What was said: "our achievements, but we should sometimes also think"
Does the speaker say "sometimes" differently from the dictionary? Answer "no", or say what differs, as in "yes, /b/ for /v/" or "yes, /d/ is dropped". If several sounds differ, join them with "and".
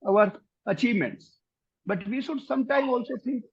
yes, /z/ is dropped